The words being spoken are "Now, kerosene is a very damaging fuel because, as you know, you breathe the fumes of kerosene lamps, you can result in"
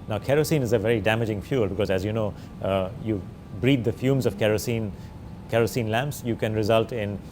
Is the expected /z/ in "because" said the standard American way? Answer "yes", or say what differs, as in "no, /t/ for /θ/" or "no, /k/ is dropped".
yes